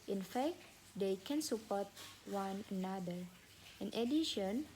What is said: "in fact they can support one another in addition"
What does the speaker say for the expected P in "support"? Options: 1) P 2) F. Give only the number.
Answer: 1